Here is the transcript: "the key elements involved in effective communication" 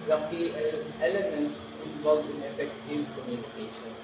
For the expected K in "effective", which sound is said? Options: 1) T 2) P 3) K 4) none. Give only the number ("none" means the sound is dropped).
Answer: 4